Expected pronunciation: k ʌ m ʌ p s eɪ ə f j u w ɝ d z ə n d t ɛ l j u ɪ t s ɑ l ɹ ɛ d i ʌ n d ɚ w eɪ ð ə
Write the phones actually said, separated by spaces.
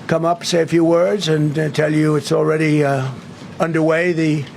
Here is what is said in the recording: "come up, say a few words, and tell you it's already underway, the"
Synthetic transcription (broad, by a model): k ʌ m ʌ p s eɪ ə f j u w ɝ d z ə n t ɛ l j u ɪ t s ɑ l ɹ ɛ d i ʌ n d ɚ w eɪ ð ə